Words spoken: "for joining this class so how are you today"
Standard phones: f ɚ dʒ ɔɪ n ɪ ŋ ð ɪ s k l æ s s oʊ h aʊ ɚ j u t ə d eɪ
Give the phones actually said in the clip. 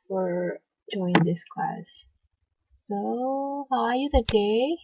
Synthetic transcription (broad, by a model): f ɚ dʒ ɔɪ ɪ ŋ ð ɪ s k l æ s s oʊ h aʊ ɚ j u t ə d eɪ